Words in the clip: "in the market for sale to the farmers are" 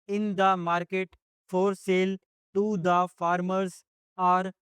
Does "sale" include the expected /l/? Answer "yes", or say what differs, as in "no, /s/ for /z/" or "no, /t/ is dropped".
yes